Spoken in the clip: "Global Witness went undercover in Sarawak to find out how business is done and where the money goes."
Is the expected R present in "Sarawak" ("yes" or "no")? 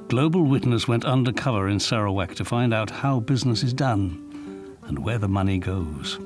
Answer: yes